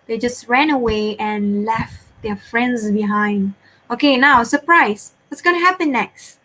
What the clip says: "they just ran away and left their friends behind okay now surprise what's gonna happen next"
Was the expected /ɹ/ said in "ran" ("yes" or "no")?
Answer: yes